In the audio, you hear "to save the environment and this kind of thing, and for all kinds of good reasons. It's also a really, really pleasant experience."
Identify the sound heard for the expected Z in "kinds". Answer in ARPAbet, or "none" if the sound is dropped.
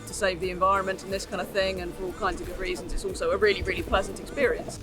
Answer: Z